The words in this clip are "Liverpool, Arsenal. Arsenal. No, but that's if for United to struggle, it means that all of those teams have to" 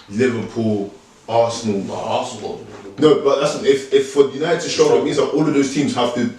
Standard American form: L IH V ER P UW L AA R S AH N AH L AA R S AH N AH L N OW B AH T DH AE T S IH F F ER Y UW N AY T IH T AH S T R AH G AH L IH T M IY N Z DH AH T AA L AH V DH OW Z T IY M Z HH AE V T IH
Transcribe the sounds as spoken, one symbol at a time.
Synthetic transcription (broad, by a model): L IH V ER P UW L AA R S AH N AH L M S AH N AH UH B AH T DH AE T S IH F F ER Y UW N AY T IH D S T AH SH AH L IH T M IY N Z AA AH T AA L AH V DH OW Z T IY M Z HH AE F T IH